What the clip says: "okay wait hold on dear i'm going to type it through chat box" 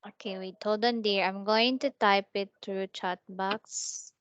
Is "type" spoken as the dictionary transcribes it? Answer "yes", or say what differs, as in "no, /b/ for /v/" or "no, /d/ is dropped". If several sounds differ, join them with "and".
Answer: yes